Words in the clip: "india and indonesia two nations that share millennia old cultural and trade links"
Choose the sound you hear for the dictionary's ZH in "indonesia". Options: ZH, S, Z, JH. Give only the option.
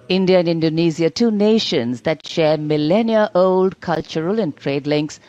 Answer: Z